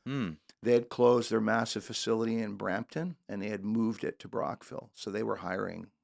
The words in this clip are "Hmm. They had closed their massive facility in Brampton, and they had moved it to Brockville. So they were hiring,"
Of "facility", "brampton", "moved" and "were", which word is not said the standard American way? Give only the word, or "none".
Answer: none